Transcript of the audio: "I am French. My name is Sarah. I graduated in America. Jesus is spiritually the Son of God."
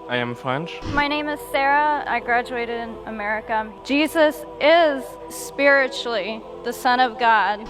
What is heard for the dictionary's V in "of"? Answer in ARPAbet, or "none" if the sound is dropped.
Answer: V